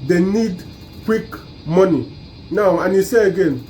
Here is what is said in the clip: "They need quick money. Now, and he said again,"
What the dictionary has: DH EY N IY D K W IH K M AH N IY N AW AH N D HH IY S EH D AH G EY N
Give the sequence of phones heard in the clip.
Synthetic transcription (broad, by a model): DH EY N IY D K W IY K M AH N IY N AW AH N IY S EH AH G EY N